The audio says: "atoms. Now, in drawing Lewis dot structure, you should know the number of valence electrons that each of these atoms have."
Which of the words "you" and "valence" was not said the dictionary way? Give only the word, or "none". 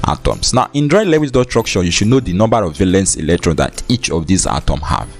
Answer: none